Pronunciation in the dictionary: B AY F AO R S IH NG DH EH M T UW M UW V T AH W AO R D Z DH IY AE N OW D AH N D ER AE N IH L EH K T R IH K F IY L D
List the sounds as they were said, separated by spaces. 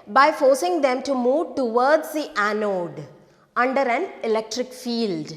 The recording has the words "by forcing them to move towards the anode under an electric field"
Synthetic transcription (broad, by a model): B AY F AO R S IH NG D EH M T UW M UW V T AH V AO R D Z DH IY AE N OW D AH N D ER AE N IH L EH K T R IH K F IY L D